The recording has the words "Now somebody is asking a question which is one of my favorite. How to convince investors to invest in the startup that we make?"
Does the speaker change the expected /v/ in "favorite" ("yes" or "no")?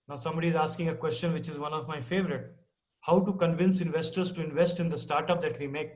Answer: no